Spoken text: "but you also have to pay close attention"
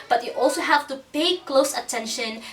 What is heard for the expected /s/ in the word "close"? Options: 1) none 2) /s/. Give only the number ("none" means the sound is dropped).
2